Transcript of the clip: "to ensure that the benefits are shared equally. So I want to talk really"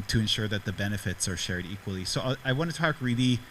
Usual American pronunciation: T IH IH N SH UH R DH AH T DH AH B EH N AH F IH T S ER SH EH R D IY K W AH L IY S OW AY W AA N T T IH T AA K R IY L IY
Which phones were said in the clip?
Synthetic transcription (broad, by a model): T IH IH N SH UH R DH AH T DH AH B EH N AH F IH T S ER SH EH R D IY K W AH L IY S OW AY W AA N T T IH T AA K R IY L IY